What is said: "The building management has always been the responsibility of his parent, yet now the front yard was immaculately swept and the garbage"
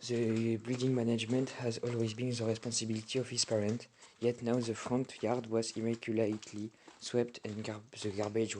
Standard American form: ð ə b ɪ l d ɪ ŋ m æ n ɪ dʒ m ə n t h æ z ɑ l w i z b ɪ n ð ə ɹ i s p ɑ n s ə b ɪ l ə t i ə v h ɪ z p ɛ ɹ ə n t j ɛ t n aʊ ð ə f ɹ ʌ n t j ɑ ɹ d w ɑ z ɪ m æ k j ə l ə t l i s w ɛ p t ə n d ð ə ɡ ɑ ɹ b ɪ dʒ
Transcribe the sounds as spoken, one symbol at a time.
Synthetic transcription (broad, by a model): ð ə b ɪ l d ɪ ŋ m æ n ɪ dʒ m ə n t h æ z ɑ l w i z b ɪ n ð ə ɹ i s p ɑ n s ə b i l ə t i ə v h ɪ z p ɛ ɹ ə n t j ɛ t n aʊ ð ə f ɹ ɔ n t j ɑ ɹ d w ɑ z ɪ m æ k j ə l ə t l i s w ɛ p t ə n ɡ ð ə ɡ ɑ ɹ b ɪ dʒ